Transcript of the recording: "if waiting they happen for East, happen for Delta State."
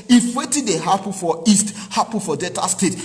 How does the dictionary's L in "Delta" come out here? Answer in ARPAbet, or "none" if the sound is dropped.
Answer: none